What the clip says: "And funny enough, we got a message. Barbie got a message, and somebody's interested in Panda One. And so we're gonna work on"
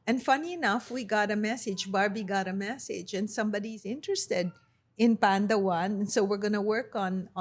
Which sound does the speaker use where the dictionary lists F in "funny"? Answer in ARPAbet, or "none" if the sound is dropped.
F